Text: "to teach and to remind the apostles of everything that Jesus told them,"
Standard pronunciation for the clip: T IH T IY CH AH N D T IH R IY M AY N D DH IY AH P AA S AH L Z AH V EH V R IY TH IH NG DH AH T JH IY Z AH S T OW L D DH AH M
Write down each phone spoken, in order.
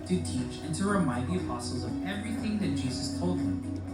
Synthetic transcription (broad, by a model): T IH T IY CH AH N T IH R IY M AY D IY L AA S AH Z AH V EH V R IY TH IH NG DH AH T JH IY Z AH S T OW L D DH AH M